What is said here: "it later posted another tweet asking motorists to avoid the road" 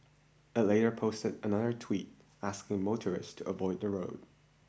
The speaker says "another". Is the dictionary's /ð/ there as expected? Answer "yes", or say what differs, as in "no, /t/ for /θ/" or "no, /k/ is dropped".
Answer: yes